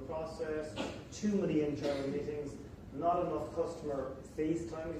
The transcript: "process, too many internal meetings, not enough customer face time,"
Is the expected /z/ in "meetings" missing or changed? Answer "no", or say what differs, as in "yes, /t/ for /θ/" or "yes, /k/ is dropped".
no